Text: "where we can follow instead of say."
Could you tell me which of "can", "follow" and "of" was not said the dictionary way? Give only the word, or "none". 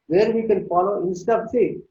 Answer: of